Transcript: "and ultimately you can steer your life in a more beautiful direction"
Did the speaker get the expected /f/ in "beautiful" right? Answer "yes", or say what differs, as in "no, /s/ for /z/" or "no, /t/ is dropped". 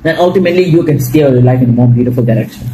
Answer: yes